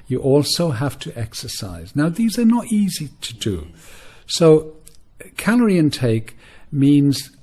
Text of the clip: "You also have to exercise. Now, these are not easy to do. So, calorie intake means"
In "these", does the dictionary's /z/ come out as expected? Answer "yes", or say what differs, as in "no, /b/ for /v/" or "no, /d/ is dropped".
yes